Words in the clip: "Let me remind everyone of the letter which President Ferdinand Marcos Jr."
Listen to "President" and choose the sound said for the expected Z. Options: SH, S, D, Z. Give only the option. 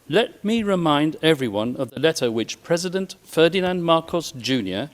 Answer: Z